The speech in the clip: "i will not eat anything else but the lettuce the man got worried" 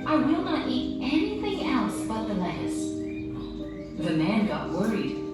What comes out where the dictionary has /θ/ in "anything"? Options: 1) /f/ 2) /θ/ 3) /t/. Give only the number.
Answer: 2